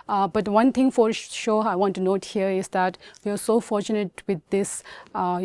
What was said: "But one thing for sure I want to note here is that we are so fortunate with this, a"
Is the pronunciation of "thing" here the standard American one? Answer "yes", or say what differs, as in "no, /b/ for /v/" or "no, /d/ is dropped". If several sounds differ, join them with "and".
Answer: no, /t/ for /θ/